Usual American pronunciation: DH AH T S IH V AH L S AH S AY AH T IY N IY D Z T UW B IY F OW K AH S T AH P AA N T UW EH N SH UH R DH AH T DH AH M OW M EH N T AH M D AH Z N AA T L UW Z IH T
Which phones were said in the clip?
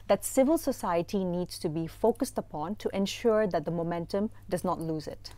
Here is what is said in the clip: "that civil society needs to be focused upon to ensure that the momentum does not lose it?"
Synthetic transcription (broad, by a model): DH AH T S IH V AH L S AH S AY AH T IY N IY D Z T UW B IY F OW K AH S T AH P AA N T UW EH N SH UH R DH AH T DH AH M OW M EH N T AH M D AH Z N AA T L UW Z IH T